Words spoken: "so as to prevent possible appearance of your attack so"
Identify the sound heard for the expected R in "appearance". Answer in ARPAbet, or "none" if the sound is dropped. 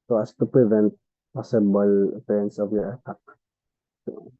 none